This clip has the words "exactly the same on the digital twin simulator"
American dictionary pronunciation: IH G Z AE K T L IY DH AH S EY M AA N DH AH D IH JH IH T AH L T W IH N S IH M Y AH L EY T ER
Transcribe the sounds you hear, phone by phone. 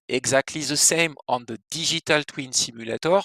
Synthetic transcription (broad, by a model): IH G Z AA K T L IY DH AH S EY M AA N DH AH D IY ZH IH T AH L T W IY N S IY M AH L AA T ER